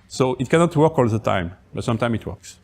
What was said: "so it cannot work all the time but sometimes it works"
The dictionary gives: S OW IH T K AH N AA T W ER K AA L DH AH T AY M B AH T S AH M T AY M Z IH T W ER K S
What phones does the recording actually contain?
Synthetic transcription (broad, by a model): S OW IH T K AH N AA T W ER K AA L DH AH T AY M B AH T S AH M T AY M IH T W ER K S